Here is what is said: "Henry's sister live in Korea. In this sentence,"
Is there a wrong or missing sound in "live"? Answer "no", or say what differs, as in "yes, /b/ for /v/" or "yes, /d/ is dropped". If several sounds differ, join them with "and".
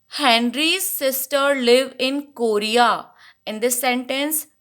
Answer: no